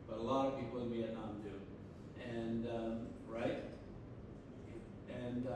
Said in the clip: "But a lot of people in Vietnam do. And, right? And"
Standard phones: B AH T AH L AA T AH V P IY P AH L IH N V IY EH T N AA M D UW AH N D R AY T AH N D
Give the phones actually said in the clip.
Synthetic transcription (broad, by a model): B AH T AH L AA T AH V P IY P L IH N B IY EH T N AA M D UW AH N R AY T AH N